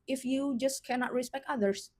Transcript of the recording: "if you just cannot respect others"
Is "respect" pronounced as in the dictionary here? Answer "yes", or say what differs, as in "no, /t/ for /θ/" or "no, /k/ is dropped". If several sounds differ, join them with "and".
yes